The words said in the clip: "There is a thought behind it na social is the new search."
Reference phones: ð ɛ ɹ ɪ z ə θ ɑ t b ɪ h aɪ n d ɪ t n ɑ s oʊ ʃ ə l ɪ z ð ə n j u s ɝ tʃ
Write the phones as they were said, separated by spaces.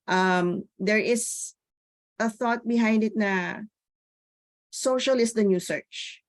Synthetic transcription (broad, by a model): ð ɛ ɹ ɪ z ə θ ɑ t b ɪ h aɪ n d ɪ t n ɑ s oʊ ʃ ə l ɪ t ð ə n j u s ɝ tʃ